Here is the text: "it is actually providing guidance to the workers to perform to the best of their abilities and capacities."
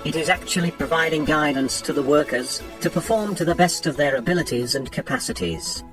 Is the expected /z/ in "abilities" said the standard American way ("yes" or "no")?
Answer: yes